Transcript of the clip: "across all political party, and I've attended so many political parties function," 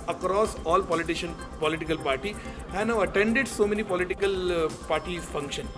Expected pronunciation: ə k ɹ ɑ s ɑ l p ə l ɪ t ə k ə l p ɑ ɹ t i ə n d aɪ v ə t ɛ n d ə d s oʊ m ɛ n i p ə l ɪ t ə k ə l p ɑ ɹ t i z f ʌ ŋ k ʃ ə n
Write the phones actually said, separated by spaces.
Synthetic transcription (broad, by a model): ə k ɹ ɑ s ɑ l p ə l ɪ t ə k ə l p ɑ ɹ t i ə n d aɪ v ə t ɛ n d ə d s oʊ m ɛ n i p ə l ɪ t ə k ə l p ɑ ɹ t i f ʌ ŋ k ʃ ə n